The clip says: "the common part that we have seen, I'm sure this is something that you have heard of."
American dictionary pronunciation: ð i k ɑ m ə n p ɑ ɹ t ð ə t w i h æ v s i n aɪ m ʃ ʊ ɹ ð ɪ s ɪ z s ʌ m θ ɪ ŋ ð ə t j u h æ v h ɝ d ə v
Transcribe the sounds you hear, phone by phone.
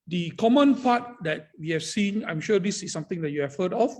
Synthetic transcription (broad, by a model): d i k ɑ m ə n p ɑ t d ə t w i h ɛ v s i n aɪ m ʃ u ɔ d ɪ s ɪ s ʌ m t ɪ ŋ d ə t j u h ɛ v h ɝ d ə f